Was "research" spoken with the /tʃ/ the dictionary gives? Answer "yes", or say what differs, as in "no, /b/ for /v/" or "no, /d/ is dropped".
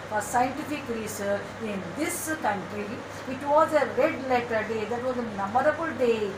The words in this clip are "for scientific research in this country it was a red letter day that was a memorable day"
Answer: no, /tʃ/ is dropped